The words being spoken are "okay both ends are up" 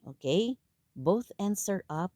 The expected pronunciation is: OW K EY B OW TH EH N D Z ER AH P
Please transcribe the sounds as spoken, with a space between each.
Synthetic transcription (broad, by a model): OW K EY B OW TH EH N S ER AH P